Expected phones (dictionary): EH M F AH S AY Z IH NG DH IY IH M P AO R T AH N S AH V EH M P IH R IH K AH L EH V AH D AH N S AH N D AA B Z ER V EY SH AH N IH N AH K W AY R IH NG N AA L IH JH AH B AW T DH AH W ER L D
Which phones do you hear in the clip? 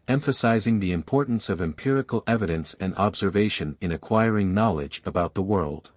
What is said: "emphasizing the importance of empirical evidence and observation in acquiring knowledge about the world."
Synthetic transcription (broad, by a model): EH M F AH S AY Z IH NG DH IY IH M P AO R T N S AH V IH M P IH R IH K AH L EH V AH D AH N S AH N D AA B Z ER V EY SH AH N IH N AH K W AY R IH NG N AA L IH JH AH B AW T DH AH W ER L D